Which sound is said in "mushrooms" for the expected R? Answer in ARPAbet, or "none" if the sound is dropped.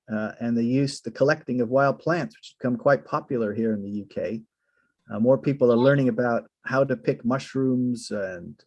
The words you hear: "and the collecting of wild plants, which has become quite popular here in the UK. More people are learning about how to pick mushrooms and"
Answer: R